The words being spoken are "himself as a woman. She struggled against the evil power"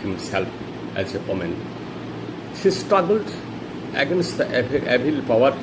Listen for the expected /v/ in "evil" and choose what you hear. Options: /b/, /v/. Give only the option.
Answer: /b/